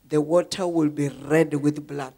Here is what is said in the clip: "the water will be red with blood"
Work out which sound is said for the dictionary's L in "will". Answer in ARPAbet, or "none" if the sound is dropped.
L